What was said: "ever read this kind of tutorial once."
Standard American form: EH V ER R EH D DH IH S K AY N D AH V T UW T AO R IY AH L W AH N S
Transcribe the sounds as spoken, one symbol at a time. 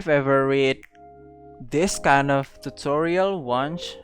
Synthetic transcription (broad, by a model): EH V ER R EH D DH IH S K AY N D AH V T UW T AO R IY AH L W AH N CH